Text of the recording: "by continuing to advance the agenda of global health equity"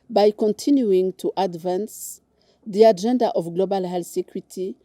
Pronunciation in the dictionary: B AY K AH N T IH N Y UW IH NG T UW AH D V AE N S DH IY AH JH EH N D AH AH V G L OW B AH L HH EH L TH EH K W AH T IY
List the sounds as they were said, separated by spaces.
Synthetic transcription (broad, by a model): B AY K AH N T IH N Y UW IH NG T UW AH D V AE N S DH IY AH JH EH N D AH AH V G L OW B AH L HH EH L S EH K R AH T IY